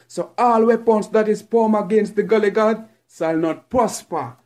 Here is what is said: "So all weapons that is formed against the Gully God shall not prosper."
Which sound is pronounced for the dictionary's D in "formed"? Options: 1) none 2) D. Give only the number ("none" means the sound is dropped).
1